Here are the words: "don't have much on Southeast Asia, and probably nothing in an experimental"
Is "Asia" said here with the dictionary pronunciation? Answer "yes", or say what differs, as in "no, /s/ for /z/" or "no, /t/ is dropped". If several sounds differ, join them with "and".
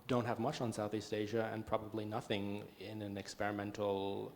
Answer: yes